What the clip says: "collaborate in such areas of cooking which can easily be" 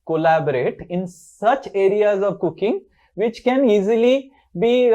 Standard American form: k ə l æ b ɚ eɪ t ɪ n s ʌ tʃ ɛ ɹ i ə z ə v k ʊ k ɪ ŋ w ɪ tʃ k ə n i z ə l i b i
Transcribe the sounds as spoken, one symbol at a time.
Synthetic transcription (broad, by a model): k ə l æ b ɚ eɪ t ɪ n s ʌ tʃ ɛ ɹ i ə z ə v k ʊ k ɪ ŋ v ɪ tʃ k ə n i z ə l i b i